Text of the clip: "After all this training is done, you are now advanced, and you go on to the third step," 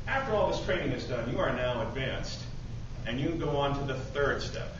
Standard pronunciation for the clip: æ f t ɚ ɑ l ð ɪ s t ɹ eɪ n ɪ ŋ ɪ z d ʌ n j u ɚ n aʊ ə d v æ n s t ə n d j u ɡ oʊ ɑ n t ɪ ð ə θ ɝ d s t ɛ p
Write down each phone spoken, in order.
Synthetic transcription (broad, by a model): æ f t ɚ ɑ l ð ɪ s t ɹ eɪ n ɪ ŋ ɪ z d ʌ n j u ɚ n aʊ ə d v æ n s t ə n j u ɡ oʊ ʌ n t ɪ ð ə θ ɝ d s t ɛ p